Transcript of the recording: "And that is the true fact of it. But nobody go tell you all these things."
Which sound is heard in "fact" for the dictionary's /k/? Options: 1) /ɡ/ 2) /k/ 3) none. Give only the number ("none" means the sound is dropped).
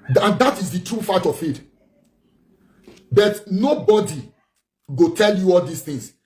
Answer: 3